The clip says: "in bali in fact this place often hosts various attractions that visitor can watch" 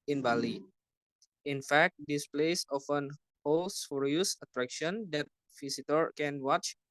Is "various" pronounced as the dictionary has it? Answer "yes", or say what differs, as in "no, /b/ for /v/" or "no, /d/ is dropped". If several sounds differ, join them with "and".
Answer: no, /f/ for /v/